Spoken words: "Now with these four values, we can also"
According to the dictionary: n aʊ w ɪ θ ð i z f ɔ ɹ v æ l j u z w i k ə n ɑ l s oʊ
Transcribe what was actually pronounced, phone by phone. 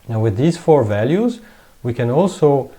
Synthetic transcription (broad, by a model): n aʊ w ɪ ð i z f ɔ ɹ v æ l j u z w i k ə n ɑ l s oʊ